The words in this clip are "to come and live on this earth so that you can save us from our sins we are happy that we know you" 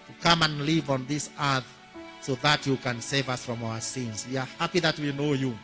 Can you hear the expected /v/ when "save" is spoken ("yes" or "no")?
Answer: yes